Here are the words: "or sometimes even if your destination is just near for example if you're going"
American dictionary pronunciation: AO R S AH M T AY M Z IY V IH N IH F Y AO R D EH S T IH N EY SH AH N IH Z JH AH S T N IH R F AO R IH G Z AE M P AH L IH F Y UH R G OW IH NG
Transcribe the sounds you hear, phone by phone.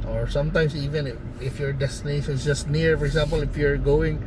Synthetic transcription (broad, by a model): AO R S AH M T AY M S IY V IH N IH F Y AO R D EH S T IH N EY SH AH N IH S JH AH S T N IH R F AO R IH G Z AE M P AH L IH F Y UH R G OW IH NG